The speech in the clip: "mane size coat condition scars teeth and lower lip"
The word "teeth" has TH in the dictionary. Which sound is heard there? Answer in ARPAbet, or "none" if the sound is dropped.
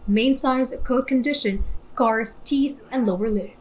TH